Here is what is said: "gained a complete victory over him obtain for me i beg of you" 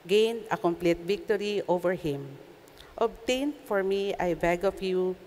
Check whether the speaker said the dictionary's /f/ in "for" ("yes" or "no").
yes